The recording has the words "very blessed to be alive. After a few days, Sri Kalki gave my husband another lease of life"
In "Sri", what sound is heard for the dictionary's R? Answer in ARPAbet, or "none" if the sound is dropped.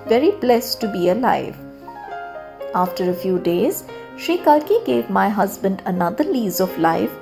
none